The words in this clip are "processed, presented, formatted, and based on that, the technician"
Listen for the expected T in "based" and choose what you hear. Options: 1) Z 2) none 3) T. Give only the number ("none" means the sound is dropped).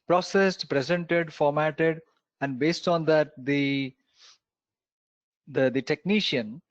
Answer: 3